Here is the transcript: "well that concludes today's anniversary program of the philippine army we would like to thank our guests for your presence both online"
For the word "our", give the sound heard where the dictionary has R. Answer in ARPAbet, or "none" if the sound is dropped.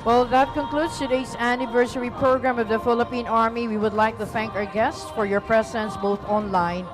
R